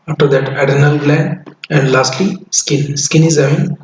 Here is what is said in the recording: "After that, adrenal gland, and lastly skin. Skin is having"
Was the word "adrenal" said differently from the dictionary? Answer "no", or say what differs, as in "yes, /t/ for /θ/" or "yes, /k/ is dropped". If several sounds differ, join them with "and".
yes, /ɹ/ is dropped